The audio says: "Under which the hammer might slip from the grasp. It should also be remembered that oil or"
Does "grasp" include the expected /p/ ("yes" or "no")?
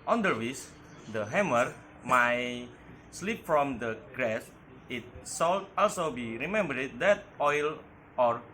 no